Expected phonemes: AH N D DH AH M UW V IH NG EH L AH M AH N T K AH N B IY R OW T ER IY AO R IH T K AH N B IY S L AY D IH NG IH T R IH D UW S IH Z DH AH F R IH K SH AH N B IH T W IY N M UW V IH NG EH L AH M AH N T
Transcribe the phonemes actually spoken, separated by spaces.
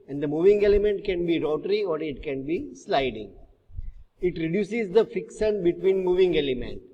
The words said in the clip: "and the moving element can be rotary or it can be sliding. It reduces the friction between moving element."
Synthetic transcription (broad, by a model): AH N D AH M UW V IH NG EH L AH M AH N T K AH N B IY R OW T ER IY AO R IH T K AH N B IY S L AY D IH NG IH T R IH D UW S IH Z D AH F IH K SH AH N B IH T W IY N M UW V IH NG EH L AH M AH N T